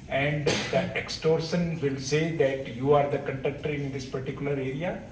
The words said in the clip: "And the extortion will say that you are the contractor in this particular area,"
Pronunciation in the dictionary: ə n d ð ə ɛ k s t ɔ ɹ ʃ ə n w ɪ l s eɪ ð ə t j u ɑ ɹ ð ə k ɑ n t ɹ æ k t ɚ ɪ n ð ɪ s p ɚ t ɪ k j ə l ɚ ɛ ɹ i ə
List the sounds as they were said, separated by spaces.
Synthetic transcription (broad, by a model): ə n d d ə ɛ k s t ɔ ɹ ʃ ə n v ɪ l s eɪ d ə t j u ɑ ɹ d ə k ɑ n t ɛ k t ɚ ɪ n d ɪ s p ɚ t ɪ k j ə l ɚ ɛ ɹ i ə